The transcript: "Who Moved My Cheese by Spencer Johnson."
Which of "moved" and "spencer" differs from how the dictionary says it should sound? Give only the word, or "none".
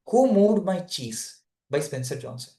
moved